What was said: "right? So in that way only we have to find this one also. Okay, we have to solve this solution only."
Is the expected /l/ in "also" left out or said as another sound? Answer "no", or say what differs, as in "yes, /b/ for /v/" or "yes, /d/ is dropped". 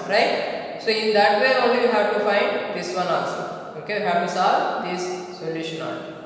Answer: yes, /n/ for /l/